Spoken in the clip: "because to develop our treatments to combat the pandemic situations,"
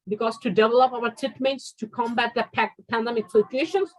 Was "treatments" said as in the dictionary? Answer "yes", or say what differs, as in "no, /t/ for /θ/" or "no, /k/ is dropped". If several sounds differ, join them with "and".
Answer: no, /ɹ/ is dropped and /n/ is dropped